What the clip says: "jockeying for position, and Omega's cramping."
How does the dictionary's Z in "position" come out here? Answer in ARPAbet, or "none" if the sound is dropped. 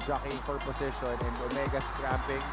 S